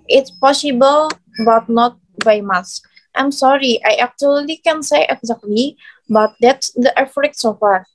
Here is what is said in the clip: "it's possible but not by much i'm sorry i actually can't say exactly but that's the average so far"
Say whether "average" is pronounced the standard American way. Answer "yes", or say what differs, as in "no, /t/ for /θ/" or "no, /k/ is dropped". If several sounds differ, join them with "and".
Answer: no, /f/ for /v/